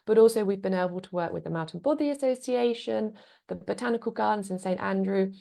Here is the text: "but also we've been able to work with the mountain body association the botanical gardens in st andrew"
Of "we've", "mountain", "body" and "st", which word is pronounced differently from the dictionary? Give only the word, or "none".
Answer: none